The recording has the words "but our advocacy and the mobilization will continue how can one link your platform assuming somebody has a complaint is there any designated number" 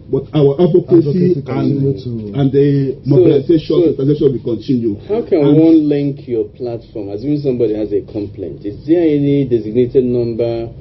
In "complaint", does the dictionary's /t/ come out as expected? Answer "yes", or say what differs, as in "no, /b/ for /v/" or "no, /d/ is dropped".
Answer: yes